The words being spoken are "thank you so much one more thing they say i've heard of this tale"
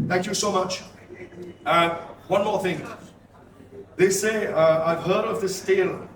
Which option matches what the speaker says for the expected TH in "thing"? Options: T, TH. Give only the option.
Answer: TH